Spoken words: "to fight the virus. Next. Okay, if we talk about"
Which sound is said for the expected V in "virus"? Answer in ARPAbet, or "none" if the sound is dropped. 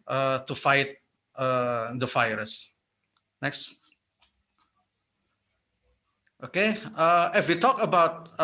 F